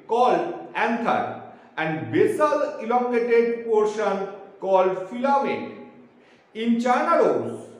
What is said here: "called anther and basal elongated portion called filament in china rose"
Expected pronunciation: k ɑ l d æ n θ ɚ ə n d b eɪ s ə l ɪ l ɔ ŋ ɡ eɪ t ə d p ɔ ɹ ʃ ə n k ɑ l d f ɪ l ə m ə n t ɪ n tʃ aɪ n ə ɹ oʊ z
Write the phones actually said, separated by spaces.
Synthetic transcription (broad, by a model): k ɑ l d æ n t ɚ ə n d b eɪ s ə l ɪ l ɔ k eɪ t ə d p ɔ ɹ ʃ ə n k ɑ l d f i l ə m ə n ɪ n tʃ aɪ n ə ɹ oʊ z